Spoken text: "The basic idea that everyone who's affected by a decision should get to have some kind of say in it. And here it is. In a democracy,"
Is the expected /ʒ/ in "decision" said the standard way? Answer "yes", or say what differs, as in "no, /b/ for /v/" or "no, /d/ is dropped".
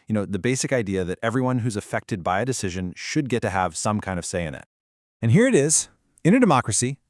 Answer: yes